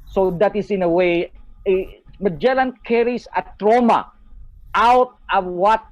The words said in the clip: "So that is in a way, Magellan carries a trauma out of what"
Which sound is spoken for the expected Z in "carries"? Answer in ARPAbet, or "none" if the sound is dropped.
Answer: S